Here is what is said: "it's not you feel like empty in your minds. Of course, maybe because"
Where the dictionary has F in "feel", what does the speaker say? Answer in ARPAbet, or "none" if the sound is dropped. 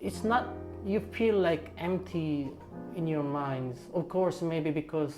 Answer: F